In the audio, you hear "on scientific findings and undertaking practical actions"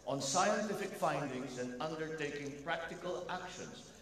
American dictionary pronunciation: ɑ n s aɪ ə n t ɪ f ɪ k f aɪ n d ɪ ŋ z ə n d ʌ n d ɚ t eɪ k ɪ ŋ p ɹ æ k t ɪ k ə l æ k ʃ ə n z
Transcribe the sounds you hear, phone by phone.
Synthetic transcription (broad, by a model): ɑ n s aɪ ə n t ɪ f ɪ k f aɪ n d ɪ ŋ z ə n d ʌ n d ɚ t eɪ k ɪ ŋ p ɹ æ k t ɪ k ə l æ k ʃ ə n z